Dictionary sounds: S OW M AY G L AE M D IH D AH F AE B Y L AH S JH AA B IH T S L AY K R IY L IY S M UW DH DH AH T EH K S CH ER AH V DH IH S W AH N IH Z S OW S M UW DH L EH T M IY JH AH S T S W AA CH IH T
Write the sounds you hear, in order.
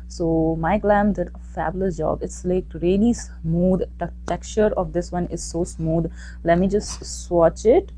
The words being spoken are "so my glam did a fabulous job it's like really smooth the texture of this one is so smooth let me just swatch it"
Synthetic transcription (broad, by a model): S OW M AY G L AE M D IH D AH F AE B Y L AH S JH AA B IH T S L AY K R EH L IY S M UW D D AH T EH K CH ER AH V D IH S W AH N IH Z S OW S M UW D L EH T M IY JH AH S T S W AA CH IH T